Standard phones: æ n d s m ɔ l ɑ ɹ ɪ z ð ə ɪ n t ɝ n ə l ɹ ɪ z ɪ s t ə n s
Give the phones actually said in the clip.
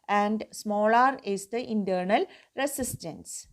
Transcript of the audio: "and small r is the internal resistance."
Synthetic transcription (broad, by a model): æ n d s m ɔ l ɑ ɹ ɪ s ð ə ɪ n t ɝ n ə l ɹ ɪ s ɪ s t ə n s